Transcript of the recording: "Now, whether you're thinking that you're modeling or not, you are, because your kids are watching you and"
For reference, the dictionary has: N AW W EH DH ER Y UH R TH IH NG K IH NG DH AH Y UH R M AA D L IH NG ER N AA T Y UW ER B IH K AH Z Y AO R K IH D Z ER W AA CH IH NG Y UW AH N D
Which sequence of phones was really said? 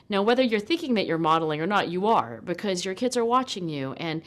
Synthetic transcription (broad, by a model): N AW W EH DH ER Y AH R TH IH NG K IH NG DH AH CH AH R M AA D L IH NG ER N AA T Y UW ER B IH K AH Z Y AO R K IH D Z ER W AA CH IH NG Y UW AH N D